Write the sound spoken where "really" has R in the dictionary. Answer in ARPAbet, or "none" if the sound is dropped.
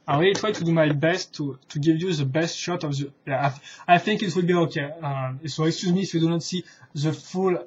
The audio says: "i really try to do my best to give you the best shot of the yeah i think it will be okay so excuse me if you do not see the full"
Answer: W